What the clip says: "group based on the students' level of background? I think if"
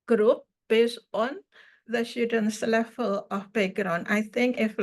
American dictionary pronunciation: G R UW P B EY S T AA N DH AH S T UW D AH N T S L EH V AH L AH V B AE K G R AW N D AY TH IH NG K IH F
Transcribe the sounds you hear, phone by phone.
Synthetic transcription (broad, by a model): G R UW P B EY S T AA N DH AH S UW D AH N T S L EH F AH L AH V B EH G R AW N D AY TH IH NG K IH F